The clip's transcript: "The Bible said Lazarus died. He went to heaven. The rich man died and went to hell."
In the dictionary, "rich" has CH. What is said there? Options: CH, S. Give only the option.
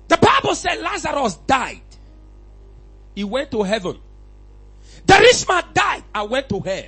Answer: S